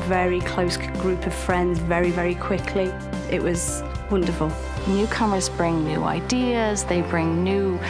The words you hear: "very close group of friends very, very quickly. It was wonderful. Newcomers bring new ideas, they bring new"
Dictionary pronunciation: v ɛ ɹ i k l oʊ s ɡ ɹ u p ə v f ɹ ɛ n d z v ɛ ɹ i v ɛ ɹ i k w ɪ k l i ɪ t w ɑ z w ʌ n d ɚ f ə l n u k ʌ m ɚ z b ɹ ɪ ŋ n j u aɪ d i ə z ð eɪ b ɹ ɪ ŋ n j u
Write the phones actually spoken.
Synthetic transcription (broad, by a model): v ɛ ɹ i k l oʊ s ɡ ɹ u p ə v f ɹ ɛ n d z v ɛ ɹ i v ɛ ɹ i k w ɪ k l i ɪ t w ɑ z w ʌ n d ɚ f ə l n u k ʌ m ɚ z b ɹ ɪ ŋ n j u aɪ d i ə z ð eɪ b ɹ ɪ ŋ n j u